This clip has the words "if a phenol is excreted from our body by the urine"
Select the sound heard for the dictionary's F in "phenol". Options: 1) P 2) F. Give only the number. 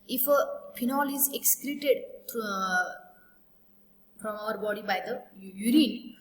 1